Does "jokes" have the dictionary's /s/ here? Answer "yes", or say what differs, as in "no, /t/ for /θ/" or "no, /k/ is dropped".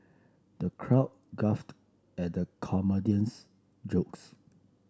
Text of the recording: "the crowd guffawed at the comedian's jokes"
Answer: yes